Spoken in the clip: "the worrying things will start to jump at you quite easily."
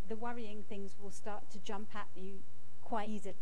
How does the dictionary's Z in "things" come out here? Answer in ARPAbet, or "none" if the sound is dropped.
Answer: Z